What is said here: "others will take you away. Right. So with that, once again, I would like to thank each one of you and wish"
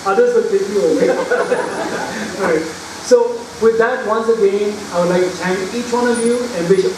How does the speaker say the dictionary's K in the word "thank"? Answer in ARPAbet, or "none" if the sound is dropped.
none